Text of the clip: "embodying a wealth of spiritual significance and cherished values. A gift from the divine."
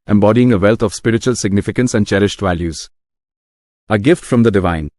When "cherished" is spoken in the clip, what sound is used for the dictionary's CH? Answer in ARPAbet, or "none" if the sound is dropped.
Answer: CH